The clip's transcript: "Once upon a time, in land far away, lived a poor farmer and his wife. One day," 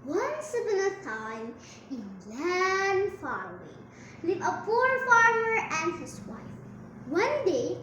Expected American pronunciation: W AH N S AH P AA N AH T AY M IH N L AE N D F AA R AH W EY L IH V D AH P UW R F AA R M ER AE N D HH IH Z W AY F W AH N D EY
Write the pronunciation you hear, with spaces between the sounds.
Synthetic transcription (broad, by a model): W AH N S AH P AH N AH T AY M IH N L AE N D F AA R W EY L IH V AH P UW R F AA R M ER AE N D HH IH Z W AY F W AH N D EY